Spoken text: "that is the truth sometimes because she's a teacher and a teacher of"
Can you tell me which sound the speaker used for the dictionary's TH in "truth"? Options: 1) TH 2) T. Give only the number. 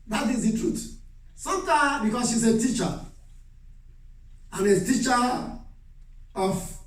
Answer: 2